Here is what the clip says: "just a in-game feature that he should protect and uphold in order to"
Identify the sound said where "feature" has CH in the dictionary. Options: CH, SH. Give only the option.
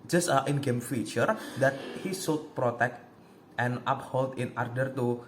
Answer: CH